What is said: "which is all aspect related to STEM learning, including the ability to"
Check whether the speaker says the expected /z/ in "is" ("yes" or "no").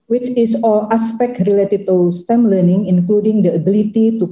no